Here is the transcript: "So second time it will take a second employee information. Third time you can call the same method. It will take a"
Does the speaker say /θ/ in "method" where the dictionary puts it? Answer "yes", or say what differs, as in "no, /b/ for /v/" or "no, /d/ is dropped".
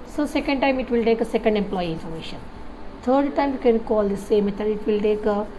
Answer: no, /t/ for /θ/